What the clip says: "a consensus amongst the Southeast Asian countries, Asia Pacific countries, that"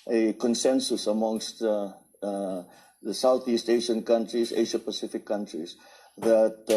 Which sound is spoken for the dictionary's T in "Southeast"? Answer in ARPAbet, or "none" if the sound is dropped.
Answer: T